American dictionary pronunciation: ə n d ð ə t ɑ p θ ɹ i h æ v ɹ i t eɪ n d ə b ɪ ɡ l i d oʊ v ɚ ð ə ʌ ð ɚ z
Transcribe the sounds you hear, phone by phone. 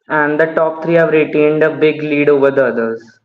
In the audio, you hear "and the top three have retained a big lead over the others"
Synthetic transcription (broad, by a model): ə n d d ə t ɑ p t ɹ i h æ v ɹ i t eɪ n d ə b ɪ ɡ l i d oʊ v ɚ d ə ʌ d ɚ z